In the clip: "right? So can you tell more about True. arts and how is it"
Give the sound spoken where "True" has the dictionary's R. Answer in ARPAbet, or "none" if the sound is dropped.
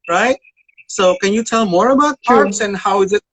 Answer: none